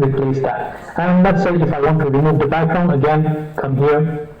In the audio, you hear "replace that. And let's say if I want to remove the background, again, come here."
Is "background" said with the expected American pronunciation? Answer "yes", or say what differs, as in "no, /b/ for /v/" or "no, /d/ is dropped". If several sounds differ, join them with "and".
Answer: no, /d/ is dropped